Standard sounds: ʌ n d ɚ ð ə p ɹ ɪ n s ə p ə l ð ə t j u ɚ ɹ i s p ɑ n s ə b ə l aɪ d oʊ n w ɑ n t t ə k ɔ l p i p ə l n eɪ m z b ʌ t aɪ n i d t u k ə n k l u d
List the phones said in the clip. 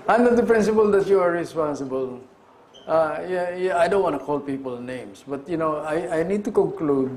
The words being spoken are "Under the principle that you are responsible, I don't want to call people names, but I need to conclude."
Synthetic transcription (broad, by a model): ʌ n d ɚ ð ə p ɹ ɪ n s ə p ə l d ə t j u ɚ ɹ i s p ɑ n s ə b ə l aɪ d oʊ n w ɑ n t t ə k ɔ l p i p ə l n eɪ m s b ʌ t aɪ n i d t u k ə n k l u d